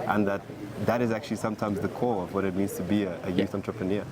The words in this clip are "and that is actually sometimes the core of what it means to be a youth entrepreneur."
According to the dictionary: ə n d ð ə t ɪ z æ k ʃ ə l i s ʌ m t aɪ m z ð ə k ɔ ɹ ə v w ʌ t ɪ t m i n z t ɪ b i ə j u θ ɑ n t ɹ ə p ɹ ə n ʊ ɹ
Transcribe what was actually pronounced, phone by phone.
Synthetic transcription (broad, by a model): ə n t ð ə t ɪ z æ k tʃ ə l i s ʌ m t aɪ m z ð ə k ɔ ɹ ə v w ʌ t ɪ t m i n z t ɪ b i ə j u θ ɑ n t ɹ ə p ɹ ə n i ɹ